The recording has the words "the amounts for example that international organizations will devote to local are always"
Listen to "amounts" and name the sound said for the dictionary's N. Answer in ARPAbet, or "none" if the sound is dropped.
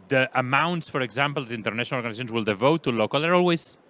N